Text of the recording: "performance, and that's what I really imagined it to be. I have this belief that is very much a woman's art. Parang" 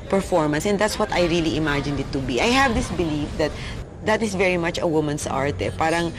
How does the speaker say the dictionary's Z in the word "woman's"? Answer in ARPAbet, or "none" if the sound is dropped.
S